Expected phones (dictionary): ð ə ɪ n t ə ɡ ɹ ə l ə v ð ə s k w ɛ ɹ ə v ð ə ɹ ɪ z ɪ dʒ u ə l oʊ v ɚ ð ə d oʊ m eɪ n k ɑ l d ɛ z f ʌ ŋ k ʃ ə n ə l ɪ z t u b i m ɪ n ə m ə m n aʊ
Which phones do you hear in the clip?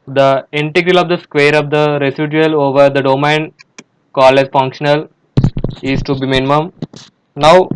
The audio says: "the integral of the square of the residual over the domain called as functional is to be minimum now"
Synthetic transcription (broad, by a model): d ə ɪ n t ə ɡ ɹ ə l ə v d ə s k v ɛ ɹ ə v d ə ɹ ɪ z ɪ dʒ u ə l oʊ v ɚ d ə d oʊ m eɪ n k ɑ l ɛ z f ʌ ŋ k ʃ ə n ə l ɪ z t u b i m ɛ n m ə m n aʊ